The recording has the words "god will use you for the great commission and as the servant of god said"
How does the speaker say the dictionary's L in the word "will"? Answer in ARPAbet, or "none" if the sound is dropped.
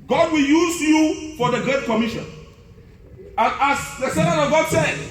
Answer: L